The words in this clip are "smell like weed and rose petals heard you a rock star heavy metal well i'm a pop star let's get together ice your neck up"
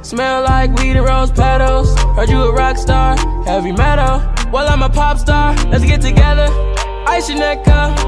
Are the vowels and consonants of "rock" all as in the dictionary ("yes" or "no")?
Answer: yes